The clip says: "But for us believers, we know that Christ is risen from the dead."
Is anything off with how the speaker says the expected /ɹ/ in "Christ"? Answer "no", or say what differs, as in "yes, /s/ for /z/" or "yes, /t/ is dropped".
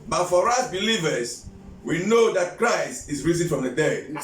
no